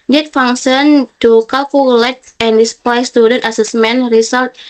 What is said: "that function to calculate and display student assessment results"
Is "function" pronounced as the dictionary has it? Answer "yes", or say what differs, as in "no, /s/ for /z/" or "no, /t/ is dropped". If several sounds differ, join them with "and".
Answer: no, /k/ is dropped